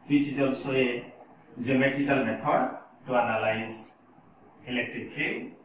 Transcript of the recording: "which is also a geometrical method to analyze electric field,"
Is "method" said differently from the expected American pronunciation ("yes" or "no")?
yes